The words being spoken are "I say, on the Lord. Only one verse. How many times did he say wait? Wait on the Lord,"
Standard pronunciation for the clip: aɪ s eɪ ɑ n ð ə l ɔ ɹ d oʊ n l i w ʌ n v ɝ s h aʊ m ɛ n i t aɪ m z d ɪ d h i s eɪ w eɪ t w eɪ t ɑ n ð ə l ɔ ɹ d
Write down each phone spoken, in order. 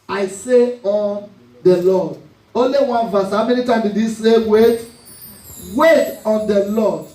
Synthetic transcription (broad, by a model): aɪ s eɪ ɑ n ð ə l ɔ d oʊ n l i w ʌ n v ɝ s h aʊ m ɛ n i t aɪ m d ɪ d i s eɪ w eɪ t w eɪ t ɑ n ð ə l ɔ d